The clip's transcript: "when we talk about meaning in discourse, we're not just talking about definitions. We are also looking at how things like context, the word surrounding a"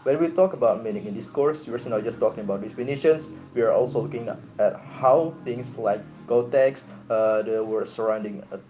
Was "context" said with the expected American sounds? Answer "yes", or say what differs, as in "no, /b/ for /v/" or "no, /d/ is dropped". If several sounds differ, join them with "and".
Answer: no, /n/ is dropped